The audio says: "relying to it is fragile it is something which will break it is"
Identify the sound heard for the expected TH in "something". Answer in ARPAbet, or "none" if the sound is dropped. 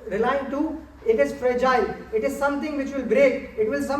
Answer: T